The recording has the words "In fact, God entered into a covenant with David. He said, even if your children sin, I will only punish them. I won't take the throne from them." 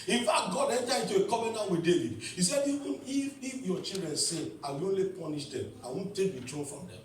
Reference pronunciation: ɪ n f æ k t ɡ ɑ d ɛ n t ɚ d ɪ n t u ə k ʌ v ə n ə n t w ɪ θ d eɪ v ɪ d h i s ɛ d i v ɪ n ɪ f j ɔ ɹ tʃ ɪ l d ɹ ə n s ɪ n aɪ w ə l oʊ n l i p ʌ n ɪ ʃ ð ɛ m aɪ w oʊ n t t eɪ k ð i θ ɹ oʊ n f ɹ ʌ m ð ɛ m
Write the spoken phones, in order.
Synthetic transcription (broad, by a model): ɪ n f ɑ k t ɡ ɑ d ɛ n t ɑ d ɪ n t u ə k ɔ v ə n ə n w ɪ d eɪ v ɪ d h i s ɛ d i ɪ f ɪ f j ɔ tʃ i l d ɹ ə n s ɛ aɪ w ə oʊ n l i p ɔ n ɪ ʃ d ɛ m aɪ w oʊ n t t eɪ k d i t ɹ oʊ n f ɹ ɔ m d ɛ m